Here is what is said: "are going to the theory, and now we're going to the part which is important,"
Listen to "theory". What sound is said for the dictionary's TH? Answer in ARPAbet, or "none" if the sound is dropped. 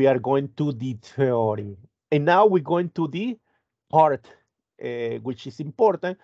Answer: T